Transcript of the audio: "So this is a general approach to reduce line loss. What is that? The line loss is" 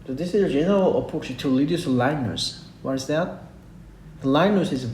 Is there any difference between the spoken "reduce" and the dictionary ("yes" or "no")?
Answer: yes